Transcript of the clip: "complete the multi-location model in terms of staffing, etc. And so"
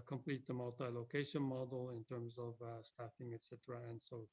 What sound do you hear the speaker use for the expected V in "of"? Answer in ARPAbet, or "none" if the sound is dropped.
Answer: V